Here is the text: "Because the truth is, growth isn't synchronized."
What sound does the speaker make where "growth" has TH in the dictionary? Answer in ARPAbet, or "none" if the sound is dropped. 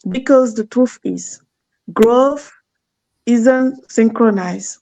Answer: F